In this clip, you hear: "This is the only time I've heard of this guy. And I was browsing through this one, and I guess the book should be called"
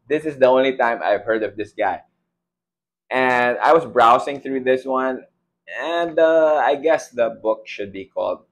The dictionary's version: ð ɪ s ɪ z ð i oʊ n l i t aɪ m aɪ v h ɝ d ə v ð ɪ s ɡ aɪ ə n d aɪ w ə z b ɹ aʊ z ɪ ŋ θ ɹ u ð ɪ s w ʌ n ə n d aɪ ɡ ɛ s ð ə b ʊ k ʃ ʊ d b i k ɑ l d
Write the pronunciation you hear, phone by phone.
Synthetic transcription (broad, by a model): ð ɪ s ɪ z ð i oʊ n l i t aɪ m aɪ v h ɝ d ə v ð ɪ s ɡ aɪ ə n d aɪ w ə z b ɹ aʊ s ɪ ŋ θ ɹ u ð ɪ s w ʌ n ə n d aɪ ɡ ɛ s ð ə b ʊ k ʃ ʊ d b i k ɑ l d